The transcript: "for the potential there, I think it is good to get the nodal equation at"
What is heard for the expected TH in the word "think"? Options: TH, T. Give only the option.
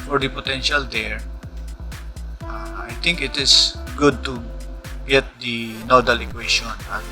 T